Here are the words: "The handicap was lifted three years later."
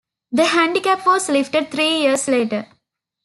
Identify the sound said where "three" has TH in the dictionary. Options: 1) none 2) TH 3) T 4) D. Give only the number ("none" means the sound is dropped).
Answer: 3